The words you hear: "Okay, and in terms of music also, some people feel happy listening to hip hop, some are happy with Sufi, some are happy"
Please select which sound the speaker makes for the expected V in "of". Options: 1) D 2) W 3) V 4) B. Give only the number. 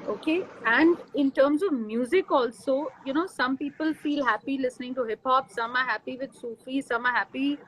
3